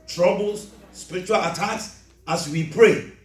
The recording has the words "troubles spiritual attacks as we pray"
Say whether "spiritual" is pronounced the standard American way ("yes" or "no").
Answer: yes